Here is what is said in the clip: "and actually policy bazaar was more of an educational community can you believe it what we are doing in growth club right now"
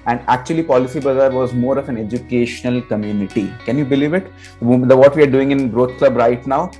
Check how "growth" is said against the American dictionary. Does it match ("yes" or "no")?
no